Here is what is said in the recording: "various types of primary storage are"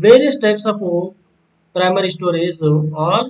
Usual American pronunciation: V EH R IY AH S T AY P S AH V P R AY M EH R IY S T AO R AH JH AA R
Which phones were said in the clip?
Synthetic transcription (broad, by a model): V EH R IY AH S T AY P S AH F P R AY M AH R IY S T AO R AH Z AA R